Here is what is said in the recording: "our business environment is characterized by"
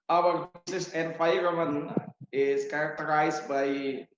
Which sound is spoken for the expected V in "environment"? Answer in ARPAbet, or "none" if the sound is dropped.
F